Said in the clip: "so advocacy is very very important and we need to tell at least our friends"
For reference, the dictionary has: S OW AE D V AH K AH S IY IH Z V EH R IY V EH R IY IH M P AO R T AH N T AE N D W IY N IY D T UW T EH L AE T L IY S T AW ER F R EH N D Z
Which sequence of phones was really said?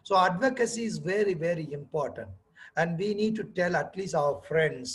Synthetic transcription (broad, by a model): S OW AE D V AH K AH S IY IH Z V EH R IY V EH R IY IH M P AO R T AH N T AE N D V IY N IY D T UW T EH L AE T L IY S T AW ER F R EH N D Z